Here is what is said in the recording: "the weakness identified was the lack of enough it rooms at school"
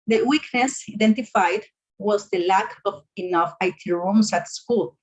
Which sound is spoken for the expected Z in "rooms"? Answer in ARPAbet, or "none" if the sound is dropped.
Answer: S